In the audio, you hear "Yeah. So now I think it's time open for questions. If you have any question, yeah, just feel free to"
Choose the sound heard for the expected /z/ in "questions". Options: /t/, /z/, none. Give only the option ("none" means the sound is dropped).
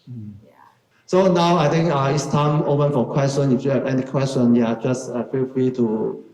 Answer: none